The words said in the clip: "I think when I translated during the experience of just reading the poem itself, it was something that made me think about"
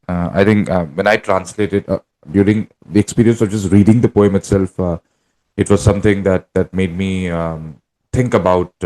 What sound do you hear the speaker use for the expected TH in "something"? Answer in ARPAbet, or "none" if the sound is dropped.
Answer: T